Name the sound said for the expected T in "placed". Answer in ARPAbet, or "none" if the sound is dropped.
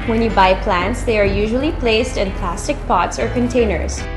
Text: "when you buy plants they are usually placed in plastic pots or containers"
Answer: T